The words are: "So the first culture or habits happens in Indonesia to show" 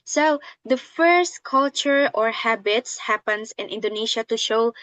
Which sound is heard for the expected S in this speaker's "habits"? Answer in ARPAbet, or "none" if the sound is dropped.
S